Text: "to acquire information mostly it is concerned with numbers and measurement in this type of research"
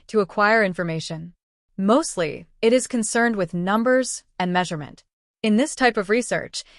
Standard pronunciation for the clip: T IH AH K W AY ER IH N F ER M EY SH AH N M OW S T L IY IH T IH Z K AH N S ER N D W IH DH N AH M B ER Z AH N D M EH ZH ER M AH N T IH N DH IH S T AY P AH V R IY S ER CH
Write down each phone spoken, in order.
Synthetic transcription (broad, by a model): T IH AH K W AY ER IH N F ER M EY SH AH N M OW S T L IY IH T IH Z K AH N S ER N D W IH DH N AH M B ER Z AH N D M EH ZH ER M AH N T IH N DH IH S T AY P AH V R IY S ER CH